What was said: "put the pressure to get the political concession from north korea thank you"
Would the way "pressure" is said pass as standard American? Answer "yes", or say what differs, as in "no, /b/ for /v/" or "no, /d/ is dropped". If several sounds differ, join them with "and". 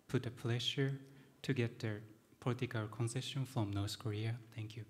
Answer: no, /l/ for /ɹ/